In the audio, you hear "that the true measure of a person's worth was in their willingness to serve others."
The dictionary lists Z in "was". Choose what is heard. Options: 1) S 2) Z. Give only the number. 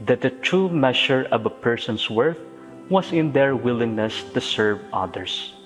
1